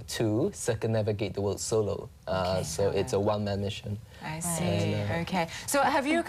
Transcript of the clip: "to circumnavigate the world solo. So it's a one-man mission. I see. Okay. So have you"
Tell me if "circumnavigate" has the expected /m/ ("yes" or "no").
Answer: no